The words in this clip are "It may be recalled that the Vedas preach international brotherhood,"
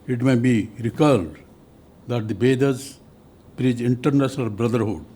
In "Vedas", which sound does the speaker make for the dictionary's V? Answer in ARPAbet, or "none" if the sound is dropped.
B